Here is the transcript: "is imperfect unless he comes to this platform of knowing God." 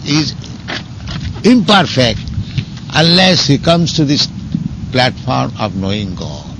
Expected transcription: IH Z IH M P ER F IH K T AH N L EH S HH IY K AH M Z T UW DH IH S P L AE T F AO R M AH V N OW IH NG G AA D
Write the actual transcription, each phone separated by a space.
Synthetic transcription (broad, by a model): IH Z IH M P ER F IH K T AH N L EH S HH IY K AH M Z T UW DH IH S P L AE T F AO R M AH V N OW IH NG G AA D